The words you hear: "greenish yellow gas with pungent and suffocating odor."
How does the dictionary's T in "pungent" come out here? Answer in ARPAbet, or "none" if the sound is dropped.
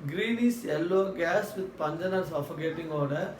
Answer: none